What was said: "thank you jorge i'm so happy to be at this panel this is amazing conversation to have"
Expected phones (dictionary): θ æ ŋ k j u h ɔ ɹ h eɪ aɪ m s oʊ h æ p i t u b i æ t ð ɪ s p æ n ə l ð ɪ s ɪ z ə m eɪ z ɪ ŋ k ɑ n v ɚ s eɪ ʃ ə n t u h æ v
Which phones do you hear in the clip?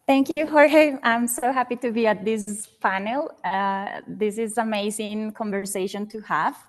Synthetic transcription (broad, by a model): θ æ ŋ k j u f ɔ ɹ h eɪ aɪ m s oʊ h æ p i t u b i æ t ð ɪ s f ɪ n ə l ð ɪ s ɪ z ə m eɪ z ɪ ŋ k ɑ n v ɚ s eɪ ʃ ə n t u h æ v